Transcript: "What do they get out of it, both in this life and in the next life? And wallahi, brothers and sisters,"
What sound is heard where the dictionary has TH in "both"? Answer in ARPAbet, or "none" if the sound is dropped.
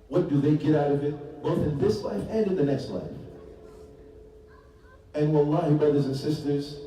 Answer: TH